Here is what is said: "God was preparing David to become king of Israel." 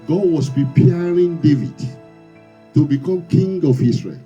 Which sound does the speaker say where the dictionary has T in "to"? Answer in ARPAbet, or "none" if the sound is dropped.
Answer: T